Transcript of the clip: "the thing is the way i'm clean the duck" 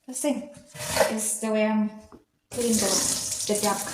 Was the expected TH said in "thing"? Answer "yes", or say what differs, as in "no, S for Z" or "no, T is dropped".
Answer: no, S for TH